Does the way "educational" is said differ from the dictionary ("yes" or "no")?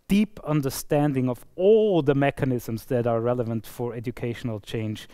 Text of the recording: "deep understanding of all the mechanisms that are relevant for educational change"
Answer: no